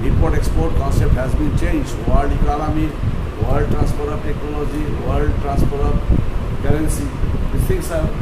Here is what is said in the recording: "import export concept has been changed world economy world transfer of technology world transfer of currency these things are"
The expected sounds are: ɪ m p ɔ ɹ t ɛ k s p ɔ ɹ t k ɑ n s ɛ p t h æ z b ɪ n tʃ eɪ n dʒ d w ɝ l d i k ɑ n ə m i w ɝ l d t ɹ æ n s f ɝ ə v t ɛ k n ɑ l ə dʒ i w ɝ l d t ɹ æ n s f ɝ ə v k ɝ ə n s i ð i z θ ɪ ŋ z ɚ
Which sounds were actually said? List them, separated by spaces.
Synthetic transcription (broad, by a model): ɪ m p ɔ ɹ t ɛ k s p ɔ ɹ t k ɑ n s ɛ p t h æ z b ɪ n tʃ eɪ n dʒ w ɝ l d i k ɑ l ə m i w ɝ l d t ɹ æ n s p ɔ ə b t ɛ k n ɑ l ə dʒ i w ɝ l d t ɹ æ n s p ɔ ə b k ɝ ə n s i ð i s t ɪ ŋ s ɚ